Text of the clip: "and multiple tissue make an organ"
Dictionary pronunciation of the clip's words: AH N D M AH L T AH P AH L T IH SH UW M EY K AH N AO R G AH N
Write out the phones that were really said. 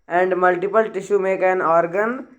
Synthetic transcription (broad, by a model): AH N D M AH L T AH P AH L T IH SH UW M EY K AH N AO R G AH N